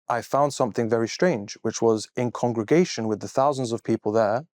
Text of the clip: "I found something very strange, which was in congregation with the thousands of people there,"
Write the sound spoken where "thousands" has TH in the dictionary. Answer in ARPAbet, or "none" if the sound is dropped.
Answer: TH